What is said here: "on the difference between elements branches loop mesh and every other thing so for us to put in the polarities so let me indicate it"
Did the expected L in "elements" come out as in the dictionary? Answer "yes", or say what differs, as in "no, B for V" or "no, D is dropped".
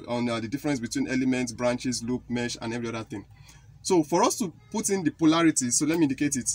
yes